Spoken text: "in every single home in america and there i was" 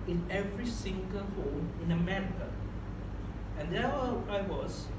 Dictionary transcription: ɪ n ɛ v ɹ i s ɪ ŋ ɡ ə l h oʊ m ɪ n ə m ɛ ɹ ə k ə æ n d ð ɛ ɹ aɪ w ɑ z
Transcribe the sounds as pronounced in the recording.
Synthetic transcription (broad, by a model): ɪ n ɛ v ɹ i s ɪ ŋ ɡ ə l h oʊ m ɪ n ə m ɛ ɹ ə ə n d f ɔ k aɪ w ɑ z